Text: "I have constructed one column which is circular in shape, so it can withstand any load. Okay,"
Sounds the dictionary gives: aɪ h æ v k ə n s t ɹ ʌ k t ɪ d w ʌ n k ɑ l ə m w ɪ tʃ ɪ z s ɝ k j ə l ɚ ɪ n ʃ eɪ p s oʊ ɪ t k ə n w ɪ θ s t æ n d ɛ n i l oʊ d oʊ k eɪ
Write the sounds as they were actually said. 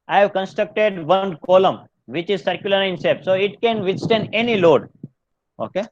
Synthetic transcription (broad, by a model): aɪ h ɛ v k ə n s t ɹ ʌ k t ɪ d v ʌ n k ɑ l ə m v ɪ tʃ ɪ z s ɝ k j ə l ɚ ɪ n s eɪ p s oʊ ɪ t k ə n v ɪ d s t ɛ n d ɛ n i l oʊ d oʊ k eɪ